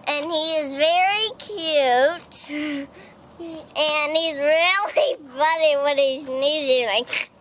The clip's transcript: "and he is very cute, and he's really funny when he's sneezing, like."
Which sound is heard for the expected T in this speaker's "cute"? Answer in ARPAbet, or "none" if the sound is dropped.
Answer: T